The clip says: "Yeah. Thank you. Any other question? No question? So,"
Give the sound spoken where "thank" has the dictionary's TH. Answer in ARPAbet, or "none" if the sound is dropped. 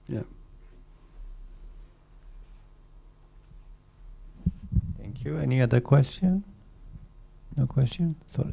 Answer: T